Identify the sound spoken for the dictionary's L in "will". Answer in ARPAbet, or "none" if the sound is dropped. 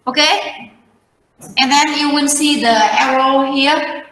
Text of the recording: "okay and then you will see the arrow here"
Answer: N